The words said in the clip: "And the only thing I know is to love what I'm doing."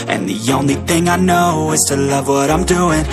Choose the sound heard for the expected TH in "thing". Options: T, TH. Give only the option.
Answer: TH